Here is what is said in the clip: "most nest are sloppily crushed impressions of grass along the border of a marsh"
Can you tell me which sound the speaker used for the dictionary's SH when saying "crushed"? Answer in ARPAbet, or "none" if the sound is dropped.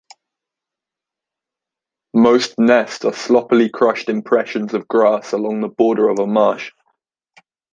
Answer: SH